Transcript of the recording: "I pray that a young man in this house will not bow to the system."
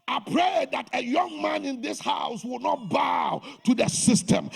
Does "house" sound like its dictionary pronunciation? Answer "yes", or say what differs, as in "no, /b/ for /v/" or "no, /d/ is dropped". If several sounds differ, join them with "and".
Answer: yes